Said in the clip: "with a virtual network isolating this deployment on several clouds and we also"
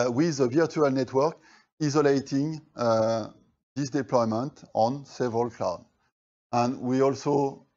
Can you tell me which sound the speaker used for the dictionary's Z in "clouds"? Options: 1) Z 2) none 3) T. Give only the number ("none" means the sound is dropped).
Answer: 2